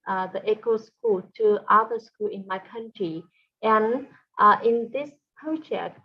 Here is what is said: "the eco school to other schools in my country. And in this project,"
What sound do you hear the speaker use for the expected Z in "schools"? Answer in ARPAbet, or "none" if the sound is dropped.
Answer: none